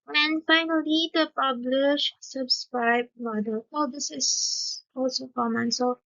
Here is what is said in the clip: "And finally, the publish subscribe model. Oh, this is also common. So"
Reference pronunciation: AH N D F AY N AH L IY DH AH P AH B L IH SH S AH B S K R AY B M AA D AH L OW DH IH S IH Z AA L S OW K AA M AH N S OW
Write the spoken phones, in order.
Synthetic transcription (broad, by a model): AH N F AY N AH L IY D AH P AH B L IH SH S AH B S K R AY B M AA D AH W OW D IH S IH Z AA L S OW K AA M AH N S OW